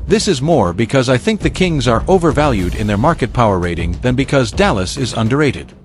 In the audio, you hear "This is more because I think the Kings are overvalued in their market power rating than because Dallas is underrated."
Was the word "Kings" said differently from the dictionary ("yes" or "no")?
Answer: no